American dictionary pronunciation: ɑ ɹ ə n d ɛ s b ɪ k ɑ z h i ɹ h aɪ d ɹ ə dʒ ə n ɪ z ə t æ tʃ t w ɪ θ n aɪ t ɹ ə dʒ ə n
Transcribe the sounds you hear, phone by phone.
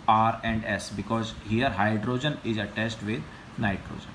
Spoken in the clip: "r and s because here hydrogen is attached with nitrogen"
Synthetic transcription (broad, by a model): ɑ ɹ ə n d ɛ s b ɪ k ɑ z h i ɹ h aɪ d ɹ ə dʒ ə n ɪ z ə t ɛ s t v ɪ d n aɪ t ɹ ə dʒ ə n